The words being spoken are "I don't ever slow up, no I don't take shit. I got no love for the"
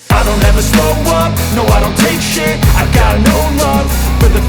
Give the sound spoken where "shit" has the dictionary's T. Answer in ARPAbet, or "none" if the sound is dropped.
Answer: none